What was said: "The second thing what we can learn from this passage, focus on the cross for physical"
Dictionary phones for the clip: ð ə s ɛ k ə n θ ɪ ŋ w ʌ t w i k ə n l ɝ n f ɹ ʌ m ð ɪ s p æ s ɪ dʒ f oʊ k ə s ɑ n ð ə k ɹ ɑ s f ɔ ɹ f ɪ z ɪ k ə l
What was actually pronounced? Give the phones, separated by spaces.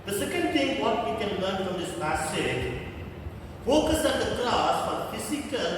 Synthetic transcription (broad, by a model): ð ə s ɛ k ə n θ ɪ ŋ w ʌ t w i k ə n l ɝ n f ɹ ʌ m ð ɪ s p æ s ɪ dʒ f oʊ k ə s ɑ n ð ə k l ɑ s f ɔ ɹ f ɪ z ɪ k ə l